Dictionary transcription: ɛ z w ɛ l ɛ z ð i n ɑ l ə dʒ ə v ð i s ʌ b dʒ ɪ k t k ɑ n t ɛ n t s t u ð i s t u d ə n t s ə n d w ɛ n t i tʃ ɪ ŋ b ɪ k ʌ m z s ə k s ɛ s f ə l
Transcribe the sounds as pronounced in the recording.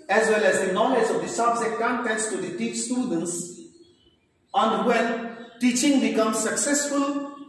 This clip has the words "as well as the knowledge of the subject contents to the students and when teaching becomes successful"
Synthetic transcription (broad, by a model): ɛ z w ɛ l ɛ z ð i n ɑ l ə dʒ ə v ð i s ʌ b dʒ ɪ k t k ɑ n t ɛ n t s t u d i s t u d ə n t s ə n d w ɛ n t i tʃ ɪ ŋ b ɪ k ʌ m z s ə k s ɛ s f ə l